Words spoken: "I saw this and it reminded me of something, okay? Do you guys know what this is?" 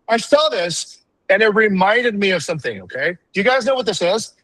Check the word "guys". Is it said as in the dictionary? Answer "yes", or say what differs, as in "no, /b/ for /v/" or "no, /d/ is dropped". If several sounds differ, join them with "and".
yes